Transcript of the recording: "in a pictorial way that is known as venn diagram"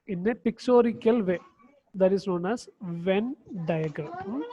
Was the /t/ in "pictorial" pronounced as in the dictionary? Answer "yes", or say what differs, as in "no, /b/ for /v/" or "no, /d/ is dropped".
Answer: no, /s/ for /t/